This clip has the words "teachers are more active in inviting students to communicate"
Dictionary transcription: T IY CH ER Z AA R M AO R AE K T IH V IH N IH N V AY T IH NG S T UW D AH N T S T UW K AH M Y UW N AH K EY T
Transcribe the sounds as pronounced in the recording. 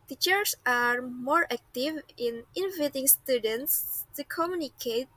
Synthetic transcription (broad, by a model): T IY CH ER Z AA R M AO R AE K T IH V IH N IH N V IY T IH NG S T UW D AH N T S T UW K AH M Y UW N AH K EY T